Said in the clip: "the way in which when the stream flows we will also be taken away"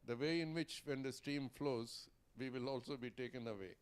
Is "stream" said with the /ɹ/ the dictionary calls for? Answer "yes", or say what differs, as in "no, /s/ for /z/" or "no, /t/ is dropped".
no, /ɹ/ is dropped